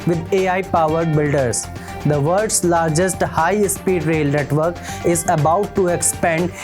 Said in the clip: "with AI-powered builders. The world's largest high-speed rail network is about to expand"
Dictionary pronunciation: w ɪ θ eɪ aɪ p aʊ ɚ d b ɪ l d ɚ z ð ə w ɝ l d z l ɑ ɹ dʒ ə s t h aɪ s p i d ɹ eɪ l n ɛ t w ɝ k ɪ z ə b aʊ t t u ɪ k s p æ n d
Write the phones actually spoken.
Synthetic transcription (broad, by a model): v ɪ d eɪ aɪ p aʊ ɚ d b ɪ l d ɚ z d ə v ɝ d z l ɑ ɹ dʒ ə s t h aɪ s p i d ɹ eɪ l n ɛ t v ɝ k ɪ z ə b aʊ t t u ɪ k s p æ n d